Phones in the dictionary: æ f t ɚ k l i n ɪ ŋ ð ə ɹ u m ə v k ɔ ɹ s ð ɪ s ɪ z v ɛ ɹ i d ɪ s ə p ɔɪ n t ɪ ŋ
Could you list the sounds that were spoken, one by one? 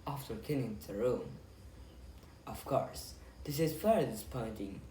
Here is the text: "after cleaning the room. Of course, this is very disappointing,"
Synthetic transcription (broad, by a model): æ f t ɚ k i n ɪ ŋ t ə ɹ u m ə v k ɔ ɹ s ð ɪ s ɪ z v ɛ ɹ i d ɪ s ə p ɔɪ n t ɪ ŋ